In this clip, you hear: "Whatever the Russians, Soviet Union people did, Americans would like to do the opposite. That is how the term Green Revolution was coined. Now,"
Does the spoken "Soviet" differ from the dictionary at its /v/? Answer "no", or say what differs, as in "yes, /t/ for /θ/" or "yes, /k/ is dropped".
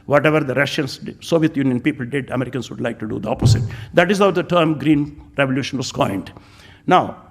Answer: no